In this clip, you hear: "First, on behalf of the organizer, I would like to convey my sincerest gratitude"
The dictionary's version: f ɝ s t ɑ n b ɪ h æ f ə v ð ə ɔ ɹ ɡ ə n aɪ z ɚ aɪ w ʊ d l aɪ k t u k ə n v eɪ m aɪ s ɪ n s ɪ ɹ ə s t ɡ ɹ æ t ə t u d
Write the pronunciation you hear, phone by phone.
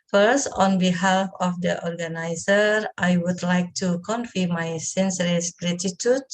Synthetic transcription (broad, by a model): f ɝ s t ɑ n b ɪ h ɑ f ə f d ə ɔ ɹ ɡ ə n aɪ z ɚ aɪ w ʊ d l aɪ k t u k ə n f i m aɪ s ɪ n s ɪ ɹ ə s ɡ ɹ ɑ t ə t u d